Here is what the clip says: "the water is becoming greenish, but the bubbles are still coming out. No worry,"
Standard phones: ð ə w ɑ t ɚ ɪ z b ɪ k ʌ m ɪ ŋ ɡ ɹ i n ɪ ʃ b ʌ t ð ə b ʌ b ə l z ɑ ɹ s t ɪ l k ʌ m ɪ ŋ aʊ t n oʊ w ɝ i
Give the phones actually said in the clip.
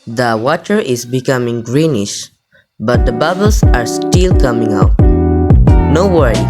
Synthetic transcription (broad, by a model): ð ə w ɑ t ɚ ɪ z b ɪ k ʌ m ɪ ŋ ɡ ɹ i n ɪ ʃ b ʌ t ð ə b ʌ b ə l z ɑ ɹ s t ɪ l k ʌ m ɪ ŋ aʊ t n oʊ w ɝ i